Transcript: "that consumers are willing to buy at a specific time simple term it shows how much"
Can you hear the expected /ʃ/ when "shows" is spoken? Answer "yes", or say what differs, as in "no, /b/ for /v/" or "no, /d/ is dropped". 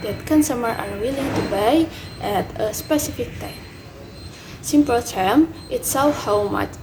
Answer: no, /s/ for /ʃ/